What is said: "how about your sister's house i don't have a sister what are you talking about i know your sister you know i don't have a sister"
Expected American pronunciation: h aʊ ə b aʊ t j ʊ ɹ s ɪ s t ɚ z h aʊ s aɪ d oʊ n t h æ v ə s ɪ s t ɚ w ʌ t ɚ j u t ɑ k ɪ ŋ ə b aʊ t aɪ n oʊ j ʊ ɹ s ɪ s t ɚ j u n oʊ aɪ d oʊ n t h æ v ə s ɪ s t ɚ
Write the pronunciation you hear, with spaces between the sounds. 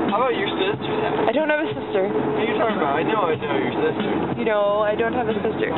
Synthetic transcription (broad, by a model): h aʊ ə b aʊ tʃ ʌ ɹ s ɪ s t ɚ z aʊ aɪ d oʊ n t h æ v ə s ɪ s t ɚ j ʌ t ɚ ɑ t ɑ ɪ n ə ʊ aɪ n oʊ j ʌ ɹ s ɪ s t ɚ j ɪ n oʊ aɪ d oʊ n t h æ v ə s ɪ s t ɚ